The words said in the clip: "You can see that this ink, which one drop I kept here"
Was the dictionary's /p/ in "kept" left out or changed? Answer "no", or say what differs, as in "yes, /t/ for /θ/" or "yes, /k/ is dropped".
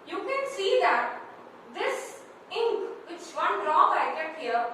yes, /p/ is dropped